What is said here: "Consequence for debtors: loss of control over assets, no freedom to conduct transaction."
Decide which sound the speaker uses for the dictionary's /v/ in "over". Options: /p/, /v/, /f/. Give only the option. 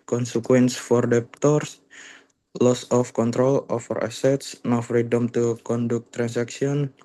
/f/